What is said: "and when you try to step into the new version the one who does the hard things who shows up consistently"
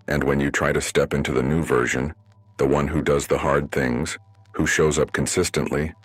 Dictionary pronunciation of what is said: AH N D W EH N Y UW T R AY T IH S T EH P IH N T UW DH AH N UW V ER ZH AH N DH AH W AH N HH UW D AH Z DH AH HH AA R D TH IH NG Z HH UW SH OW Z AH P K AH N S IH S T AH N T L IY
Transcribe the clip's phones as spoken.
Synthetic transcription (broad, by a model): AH N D W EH N Y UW T R AY T IH S T EH P IH N T UW DH AH N UW V ER ZH AH N DH AH W AH N HH UW D AH Z DH AH HH AA R D TH IH NG Z HH UW SH OW Z AH P K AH N S IH S T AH N T L IY